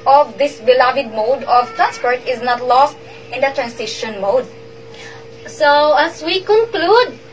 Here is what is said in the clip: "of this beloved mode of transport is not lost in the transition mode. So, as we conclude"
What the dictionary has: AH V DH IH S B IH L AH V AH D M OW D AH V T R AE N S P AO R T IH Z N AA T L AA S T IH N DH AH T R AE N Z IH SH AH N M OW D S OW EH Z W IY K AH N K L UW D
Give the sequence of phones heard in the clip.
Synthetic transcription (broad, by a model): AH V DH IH S B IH L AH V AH D M OW D AH V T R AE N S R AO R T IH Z N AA T L AA S T IH N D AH T R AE N S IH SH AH N M OW D S OW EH S W IY K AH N K L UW D